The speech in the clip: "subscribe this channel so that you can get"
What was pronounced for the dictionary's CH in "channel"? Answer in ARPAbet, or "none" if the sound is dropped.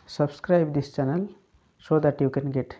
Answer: CH